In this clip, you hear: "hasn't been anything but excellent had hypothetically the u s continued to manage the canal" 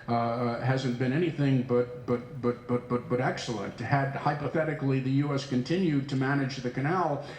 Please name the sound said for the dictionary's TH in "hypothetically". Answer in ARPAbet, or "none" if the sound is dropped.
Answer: TH